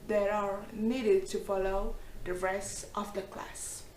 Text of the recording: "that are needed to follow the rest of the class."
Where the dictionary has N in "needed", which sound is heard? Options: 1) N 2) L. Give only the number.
1